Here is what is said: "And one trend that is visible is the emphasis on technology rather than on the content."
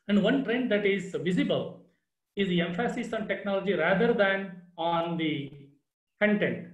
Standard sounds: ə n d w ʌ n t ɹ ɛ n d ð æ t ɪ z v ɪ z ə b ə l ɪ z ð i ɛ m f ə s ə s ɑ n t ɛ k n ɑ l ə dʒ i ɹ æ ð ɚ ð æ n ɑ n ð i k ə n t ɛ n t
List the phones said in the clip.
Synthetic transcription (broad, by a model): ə n d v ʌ n t ɹ ɛ n d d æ t ɪ z v ɪ z ə b ə l ɪ z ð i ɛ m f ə s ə s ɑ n t ɛ k n ɑ l ə dʒ i ɹ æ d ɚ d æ n ɑ n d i k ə n t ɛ n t